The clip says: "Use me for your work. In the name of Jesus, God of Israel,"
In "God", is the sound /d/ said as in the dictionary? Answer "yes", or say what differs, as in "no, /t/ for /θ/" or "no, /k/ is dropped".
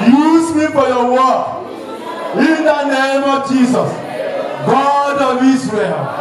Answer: yes